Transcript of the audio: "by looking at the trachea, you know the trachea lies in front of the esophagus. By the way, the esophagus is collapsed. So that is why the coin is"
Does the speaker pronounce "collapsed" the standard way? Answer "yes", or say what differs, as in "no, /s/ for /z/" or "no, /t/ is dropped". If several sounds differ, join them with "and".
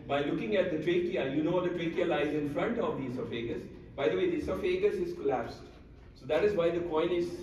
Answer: yes